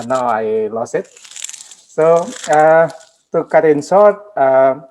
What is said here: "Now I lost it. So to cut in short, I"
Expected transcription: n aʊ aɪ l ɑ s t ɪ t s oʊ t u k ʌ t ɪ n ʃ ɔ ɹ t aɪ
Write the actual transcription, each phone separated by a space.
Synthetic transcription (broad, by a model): n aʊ aɪ l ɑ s ɪ t s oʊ t u k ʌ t ɪ n s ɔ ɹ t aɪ